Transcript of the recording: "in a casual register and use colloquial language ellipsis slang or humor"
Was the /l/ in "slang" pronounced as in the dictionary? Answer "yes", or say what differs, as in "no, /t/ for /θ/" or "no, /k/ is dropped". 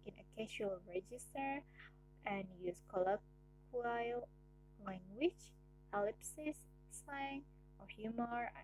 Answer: no, /l/ is dropped